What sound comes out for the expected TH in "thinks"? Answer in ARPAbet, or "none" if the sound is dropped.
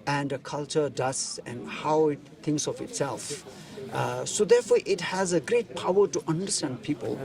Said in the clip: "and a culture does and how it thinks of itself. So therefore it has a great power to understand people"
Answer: T